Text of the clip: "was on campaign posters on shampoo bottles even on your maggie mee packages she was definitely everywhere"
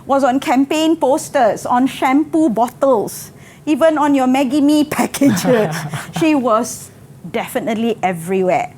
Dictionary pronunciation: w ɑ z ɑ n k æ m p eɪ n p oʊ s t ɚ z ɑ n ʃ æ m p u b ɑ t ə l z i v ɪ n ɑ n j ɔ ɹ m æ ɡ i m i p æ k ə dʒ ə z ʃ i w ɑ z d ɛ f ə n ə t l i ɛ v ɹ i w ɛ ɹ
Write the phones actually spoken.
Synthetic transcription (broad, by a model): w ɑ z ɑ n k æ m p eɪ n p oʊ s t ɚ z ɑ n ʃ æ m p u b ɑ t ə l s i v ɪ n ɑ n j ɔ m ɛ ɡ i m i p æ k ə dʒ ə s ʃ i w ɑ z d ɛ f ə n ə t l i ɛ v ɹ i w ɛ